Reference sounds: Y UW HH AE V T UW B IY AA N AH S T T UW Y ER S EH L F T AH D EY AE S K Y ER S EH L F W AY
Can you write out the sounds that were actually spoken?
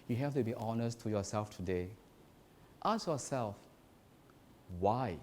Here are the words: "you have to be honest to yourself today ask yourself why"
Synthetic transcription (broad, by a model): Y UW HH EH F T UW B IY AA N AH S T T UW Y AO S EH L F T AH D EY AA S Y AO S EH L F W AY